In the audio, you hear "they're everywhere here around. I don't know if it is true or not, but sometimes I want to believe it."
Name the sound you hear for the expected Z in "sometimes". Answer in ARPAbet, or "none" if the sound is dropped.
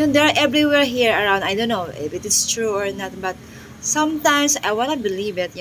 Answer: S